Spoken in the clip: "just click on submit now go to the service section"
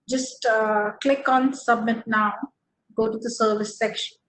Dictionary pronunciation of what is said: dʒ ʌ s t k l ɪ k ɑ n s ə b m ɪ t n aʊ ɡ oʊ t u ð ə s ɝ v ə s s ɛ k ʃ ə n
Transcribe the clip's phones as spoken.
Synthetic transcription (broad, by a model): dʒ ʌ s t k l ɪ k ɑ n s ə b m ɪ t n aʊ ɡ oʊ t u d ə s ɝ v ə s s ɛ k ʃ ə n